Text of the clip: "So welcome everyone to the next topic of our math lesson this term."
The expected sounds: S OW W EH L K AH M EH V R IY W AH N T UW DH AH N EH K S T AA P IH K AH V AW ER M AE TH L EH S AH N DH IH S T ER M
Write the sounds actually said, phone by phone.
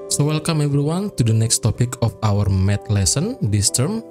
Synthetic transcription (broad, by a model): S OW W EH L K AH M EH B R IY W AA N T UW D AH N EH K S T AA P IH K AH F AW ER M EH T L EH S AH N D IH S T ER M